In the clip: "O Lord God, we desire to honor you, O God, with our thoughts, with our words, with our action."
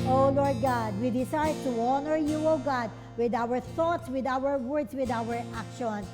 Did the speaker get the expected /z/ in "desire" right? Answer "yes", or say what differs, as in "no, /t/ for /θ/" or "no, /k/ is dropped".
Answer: no, /s/ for /z/